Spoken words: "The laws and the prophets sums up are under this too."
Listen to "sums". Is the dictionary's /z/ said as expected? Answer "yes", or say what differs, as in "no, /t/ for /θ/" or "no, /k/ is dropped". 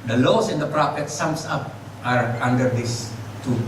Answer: no, /s/ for /z/